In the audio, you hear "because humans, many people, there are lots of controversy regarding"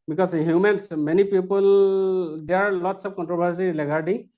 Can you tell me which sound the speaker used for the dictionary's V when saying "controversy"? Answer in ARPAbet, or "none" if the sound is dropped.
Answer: B